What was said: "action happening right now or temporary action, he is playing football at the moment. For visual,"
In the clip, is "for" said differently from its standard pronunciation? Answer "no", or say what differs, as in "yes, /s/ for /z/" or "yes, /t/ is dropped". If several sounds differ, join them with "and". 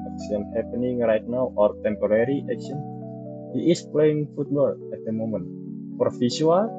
yes, /p/ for /f/